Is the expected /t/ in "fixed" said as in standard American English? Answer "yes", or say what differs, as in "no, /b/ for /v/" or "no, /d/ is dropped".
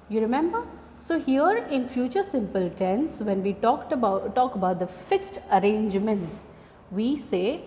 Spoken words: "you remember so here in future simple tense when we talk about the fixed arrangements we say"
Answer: yes